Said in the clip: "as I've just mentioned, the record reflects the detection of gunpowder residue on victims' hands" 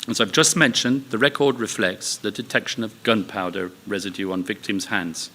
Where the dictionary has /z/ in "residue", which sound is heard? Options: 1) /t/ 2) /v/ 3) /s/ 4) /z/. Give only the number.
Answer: 4